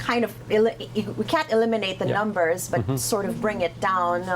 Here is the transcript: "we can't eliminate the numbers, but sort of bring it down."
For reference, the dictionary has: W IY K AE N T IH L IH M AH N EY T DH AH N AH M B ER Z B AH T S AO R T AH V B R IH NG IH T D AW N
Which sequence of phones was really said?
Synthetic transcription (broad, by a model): W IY K AE N T IH L IH M AH N EY T DH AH N AH M B ER Z B AH T S AO R T AH V B R IH NG IH T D AW N